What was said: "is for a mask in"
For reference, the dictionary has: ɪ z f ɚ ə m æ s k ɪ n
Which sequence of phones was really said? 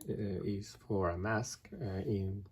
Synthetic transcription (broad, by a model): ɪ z f ɚ ə m æ s k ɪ n